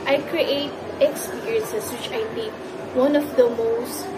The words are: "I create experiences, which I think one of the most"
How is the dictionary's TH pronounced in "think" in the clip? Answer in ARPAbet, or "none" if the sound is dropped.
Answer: T